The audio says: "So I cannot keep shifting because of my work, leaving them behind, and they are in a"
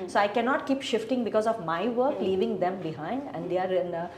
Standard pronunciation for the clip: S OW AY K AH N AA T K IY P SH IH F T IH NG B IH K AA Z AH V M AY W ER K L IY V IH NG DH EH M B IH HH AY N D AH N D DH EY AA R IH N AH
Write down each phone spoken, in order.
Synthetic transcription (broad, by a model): S OW AY K AH N AA T K IY P SH IH F T IH NG B IH K AA Z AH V M AY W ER K L IY V IH NG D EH M B IH HH AY N D AH N D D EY AA R IH N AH